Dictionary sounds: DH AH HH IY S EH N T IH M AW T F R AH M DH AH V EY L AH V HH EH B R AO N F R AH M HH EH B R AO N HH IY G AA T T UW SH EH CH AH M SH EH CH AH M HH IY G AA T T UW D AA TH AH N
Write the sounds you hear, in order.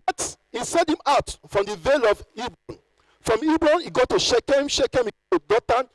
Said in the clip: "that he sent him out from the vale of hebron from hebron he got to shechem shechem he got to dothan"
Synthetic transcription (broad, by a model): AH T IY S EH T IH M AW T F R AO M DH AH V EY L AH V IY B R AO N F R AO M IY B R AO N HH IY G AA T T UW SH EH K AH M SH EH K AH M HH IY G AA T T UW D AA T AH N